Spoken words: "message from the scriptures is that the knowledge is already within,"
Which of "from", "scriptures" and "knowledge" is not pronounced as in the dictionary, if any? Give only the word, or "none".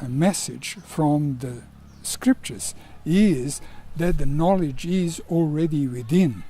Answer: none